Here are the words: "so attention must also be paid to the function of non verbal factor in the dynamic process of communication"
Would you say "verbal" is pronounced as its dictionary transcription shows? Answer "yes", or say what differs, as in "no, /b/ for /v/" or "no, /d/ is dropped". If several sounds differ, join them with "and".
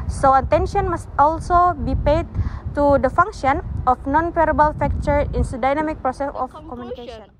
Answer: no, /p/ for /v/